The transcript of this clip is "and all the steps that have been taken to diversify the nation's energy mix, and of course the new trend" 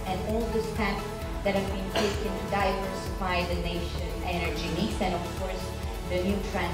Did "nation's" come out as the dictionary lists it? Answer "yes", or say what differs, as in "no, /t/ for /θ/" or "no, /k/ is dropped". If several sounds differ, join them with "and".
no, /z/ is dropped